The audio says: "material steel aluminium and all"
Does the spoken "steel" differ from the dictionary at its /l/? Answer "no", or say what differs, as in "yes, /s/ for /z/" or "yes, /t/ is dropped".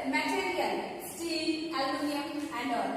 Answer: yes, /n/ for /l/